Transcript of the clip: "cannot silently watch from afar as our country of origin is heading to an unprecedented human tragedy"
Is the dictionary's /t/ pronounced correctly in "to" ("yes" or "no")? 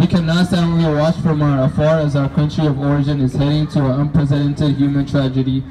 yes